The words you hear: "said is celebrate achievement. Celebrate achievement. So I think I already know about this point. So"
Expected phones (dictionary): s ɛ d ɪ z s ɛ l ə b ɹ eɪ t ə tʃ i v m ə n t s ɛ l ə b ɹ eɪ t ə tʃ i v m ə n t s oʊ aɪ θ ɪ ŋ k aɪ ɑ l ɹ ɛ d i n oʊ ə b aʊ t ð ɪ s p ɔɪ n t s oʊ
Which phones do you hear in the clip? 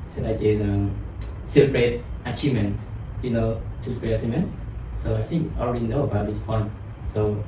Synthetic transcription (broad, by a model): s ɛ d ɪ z s ɛ l ə b ɹ eɪ t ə tʃ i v m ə n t s ɛ l ə b ɹ eɪ t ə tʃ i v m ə n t s oʊ aɪ s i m ɑ l ɹ ɛ d i n oʊ ə b aʊ t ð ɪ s p ɔɪ n t s oʊ